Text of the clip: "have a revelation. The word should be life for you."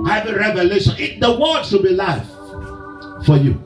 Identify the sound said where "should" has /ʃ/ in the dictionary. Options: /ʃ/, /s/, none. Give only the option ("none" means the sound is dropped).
/s/